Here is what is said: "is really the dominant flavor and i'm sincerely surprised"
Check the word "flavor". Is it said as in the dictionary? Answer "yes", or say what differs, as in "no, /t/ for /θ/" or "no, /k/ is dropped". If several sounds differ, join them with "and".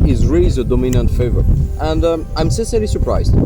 no, /l/ is dropped